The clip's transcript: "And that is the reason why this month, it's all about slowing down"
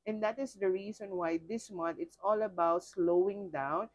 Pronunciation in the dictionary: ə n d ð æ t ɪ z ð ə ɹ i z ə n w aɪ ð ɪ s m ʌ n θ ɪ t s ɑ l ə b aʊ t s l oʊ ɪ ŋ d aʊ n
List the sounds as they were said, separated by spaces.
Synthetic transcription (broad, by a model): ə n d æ t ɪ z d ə ɹ i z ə n w aɪ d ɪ s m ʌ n t ɪ t s ɑ l ə b aʊ t s l oʊ ɪ ŋ d aʊ n